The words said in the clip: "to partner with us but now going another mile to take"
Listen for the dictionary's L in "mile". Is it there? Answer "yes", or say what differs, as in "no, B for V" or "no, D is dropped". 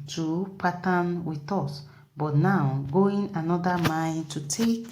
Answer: no, N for L